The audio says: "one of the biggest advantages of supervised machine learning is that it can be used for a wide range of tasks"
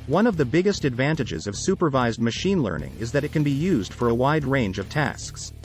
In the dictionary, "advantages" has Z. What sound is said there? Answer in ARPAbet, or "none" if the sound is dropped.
Z